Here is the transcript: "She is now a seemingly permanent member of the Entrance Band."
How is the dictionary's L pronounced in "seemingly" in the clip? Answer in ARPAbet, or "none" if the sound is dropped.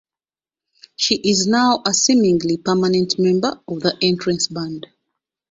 L